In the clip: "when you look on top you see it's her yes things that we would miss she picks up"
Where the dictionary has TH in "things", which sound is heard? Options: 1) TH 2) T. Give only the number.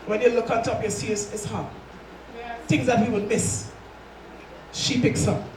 1